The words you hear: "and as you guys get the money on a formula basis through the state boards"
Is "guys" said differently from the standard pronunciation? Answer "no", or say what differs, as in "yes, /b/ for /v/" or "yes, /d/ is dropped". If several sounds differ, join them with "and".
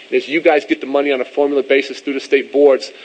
no